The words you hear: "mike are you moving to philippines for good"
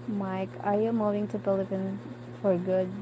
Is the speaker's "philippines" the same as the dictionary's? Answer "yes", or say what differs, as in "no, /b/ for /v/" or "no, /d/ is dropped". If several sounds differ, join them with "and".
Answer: no, /p/ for /f/ and /z/ is dropped